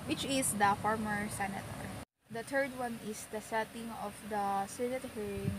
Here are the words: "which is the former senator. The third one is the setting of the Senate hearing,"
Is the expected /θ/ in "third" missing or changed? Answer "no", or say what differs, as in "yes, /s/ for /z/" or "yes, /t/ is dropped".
yes, /t/ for /θ/